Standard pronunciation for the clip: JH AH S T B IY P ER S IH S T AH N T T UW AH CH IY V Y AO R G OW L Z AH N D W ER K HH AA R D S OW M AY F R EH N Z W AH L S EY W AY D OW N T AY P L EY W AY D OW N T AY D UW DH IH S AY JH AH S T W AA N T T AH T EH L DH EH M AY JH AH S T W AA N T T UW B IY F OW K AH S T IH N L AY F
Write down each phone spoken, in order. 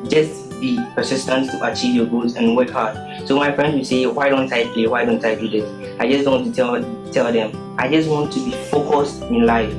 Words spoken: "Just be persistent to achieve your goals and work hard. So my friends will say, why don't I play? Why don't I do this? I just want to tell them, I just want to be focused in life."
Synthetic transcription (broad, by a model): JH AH S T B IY P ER S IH S T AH N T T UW AH CH IY V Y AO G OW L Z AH N W ER K HH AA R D S OW M AY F R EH N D W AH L S EY W AY D OW N T AY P EY W AY D OW N T AY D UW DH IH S AY JH AH S T W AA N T T AH T EH L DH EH M AY JH AH S T W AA N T T UW B IY F OW K AH S T IH N L AY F